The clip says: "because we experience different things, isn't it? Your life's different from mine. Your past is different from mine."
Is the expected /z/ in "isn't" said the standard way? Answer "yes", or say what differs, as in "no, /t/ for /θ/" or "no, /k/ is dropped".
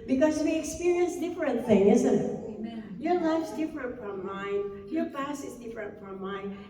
yes